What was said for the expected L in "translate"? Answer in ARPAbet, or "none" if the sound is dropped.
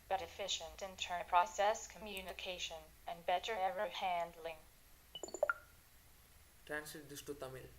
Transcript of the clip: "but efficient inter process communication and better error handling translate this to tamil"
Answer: none